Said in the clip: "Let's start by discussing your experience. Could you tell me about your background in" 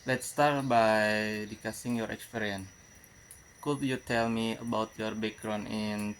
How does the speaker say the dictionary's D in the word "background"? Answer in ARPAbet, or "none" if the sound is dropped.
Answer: none